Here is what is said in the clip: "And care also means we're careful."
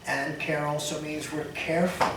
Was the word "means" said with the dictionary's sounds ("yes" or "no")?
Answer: yes